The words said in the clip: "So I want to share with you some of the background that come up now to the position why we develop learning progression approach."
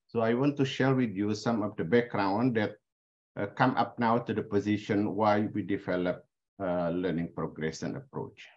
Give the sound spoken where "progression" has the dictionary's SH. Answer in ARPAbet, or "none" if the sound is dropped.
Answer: S